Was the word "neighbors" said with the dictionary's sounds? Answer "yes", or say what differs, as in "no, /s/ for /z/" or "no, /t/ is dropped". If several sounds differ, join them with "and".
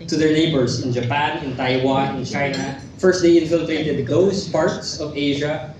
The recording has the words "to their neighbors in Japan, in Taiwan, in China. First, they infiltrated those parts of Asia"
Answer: no, /s/ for /z/